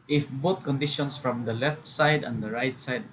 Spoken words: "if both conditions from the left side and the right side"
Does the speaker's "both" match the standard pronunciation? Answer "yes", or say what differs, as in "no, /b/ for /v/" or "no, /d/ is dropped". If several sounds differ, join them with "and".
no, /t/ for /θ/